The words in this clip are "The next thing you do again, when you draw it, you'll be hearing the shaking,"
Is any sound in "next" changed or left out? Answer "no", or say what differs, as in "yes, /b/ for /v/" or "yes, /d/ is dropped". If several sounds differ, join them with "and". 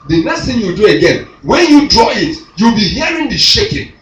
yes, /k/ is dropped